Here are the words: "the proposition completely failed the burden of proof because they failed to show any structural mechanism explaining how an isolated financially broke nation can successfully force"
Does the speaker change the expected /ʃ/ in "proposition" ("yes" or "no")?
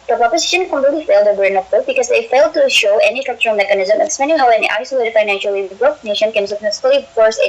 no